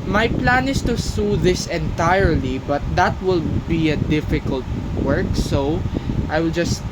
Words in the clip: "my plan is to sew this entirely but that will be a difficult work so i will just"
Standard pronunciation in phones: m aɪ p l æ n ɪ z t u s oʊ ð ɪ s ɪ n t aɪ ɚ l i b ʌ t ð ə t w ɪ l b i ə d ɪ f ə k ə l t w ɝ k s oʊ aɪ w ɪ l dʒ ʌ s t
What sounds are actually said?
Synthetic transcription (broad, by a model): m aɪ p l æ n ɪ s t u s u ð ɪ s ɪ n t aɪ ɚ l i b ʌ t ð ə t w ɪ l b i ə d ɪ f ə k ə l t w ɝ k s oʊ aɪ w ɪ l dʒ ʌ s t